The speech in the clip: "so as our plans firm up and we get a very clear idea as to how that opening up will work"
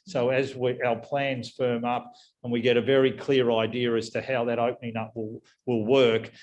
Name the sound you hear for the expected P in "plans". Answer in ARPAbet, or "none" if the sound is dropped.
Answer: P